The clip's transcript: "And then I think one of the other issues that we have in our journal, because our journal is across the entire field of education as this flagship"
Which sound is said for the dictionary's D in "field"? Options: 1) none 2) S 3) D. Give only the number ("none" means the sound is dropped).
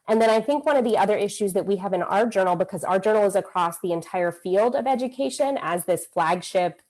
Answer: 3